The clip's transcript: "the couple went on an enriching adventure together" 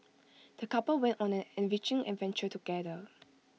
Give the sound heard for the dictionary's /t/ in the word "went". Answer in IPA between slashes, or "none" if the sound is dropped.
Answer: /t/